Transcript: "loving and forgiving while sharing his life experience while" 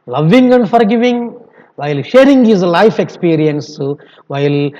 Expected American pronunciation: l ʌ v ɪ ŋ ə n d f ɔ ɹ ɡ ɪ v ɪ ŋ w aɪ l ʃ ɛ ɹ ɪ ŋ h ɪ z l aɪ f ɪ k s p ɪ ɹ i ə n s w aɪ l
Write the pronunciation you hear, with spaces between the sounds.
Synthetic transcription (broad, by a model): l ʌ v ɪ ŋ ə n d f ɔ ɹ ɡ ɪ v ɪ ŋ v aɪ l ʃ ɛ ɹ ɪ ŋ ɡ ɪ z l aɪ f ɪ k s p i ɹ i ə n s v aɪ l